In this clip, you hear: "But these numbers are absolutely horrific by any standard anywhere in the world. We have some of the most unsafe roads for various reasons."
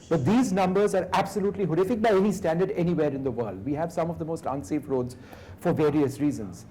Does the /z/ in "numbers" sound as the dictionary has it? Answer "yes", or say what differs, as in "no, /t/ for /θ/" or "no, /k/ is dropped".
yes